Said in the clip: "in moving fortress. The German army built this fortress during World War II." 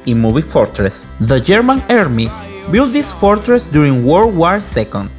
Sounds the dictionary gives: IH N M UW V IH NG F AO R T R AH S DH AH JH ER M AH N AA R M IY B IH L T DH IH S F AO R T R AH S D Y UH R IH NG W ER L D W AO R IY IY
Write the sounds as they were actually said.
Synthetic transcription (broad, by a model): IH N M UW B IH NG F AO R T R AH S DH AH JH ER M AH N AA R M IY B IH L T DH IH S F AO R T R AH S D Y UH R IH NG W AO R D W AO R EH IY